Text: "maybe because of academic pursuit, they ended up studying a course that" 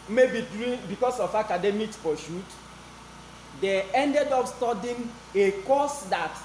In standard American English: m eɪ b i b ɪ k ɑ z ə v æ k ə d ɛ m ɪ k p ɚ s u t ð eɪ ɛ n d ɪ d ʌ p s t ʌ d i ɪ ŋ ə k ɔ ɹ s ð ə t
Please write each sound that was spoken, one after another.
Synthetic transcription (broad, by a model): m eɪ b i b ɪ k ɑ s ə f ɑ k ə d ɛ m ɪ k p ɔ ʃ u t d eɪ ɛ n d ɪ d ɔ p s t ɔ d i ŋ ə k ɔ s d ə t